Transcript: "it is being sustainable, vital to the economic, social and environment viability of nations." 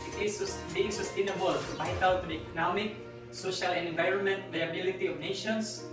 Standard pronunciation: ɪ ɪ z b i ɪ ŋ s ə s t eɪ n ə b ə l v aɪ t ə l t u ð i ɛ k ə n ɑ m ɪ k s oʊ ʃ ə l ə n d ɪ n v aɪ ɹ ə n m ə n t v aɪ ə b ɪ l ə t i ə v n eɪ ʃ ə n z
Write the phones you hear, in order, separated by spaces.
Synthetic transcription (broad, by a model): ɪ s b i ɪ ŋ s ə s t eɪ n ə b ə l b aɪ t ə w t u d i ɛ k ə n ɑ m ɪ k s oʊ ʃ ə l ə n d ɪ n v aɪ ɹ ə n m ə n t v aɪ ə b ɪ l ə t i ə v n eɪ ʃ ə n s